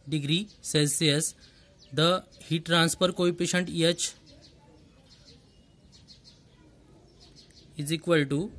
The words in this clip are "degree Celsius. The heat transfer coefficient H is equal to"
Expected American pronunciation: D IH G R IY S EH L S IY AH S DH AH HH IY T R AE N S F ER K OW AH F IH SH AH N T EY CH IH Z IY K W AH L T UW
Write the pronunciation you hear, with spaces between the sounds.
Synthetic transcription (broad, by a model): D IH G R IY S EH L S IY AH S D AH HH IY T R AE N S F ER K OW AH P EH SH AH N T EY CH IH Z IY K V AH L T UW